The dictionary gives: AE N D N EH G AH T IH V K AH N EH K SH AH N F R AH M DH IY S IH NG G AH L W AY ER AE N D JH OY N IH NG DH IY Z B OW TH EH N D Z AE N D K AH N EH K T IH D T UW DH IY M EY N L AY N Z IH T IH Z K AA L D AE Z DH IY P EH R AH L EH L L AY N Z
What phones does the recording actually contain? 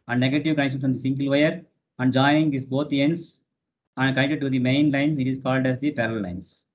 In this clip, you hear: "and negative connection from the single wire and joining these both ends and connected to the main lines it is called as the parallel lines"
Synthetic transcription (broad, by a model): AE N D N EH G AH T IH V K AH N EH K SH AH N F R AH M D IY S IH NG G AH L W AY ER AE N D JH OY IH NG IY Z B OW T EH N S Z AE N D K AH N EH K T IH D T UW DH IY M EY N L AY N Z IH T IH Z K AA L D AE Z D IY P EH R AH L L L AY N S